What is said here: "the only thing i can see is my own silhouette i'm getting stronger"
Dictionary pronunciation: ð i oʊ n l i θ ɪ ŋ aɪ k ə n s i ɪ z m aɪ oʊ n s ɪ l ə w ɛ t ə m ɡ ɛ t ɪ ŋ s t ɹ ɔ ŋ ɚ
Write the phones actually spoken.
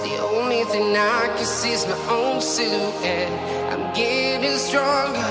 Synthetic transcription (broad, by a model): ð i oʊ n l i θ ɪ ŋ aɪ k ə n s i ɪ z m aɪ oʊ n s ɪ ə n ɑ ə m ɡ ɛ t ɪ s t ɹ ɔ ŋ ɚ